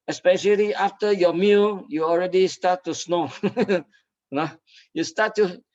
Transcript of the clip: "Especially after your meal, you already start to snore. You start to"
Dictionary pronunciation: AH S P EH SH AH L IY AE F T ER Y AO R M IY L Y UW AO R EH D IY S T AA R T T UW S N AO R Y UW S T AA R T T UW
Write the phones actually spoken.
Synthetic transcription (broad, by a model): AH S P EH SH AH L IY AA F T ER Y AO M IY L Y UW AO R EH D IY S T AA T T UW S N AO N Y UW S T AA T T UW